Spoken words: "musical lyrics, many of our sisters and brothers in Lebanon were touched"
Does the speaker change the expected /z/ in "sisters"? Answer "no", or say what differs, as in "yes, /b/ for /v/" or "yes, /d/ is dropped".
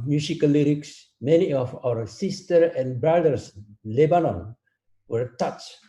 yes, /z/ is dropped